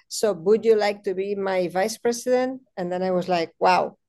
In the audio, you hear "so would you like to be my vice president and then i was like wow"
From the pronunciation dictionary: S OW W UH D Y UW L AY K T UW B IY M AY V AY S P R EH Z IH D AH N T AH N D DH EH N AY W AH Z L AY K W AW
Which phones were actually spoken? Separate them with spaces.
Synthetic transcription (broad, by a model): S OW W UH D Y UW L AY K T UW B IY M AY V AY S P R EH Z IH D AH N T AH N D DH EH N AY W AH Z L AY K W AW